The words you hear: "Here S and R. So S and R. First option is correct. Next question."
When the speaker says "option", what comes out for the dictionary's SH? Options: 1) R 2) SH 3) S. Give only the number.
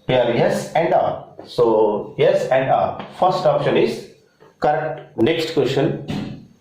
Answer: 2